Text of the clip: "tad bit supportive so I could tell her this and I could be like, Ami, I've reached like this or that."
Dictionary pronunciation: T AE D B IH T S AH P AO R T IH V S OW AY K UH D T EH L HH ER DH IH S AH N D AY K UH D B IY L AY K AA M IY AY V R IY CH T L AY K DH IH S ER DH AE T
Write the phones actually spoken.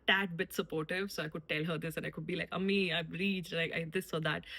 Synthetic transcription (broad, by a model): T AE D B IH T S AH P AO R T IH V S OW AY K UH D T EH L HH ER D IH S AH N AY K UH D B IY L AY K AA M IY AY B R IY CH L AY K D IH S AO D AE T